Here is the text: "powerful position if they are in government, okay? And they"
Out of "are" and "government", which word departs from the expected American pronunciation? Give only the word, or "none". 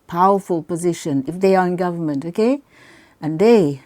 none